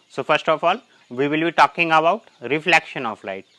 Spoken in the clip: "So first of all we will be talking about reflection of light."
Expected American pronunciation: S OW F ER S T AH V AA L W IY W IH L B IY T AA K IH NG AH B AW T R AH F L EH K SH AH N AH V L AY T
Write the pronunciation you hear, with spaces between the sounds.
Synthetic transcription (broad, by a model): S OW F ER S T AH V AA L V IY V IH L B IY T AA K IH NG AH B AW T R AH F L EH K SH AH N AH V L AY T